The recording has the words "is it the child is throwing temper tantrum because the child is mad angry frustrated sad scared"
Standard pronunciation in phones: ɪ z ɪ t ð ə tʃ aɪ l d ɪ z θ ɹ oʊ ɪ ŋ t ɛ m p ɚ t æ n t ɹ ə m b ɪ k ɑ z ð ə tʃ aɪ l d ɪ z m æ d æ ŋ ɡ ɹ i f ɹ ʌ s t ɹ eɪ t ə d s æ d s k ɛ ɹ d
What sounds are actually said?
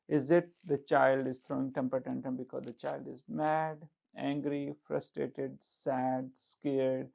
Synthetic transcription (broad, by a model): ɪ z ɪ t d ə tʃ aɪ l d ɪ z t ɹ oʊ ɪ ŋ t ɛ m p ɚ t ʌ n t ə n b ɪ k ɑ z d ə tʃ aɪ l d ɪ z m æ d æ ŋ ɡ ɹ i f ɹ ʌ s t ɹ eɪ t ə d s æ d s k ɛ ɹ d